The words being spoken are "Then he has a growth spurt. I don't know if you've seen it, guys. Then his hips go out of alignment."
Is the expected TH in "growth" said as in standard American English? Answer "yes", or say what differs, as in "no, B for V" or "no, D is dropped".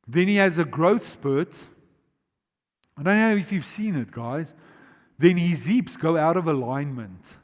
yes